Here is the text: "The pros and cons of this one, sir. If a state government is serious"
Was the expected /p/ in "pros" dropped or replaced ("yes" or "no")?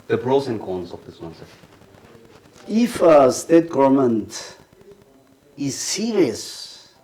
yes